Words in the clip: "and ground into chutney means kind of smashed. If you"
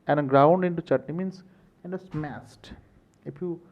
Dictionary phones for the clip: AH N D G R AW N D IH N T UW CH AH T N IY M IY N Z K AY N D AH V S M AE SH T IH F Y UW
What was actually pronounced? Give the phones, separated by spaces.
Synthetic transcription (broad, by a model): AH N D G R AW N D IH N T UW CH AH T N IY M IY N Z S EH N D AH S M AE S T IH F Y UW